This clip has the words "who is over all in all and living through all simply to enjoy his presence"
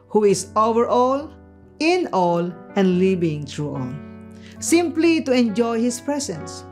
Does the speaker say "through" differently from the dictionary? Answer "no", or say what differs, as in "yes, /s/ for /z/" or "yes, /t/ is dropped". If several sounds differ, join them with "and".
yes, /t/ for /θ/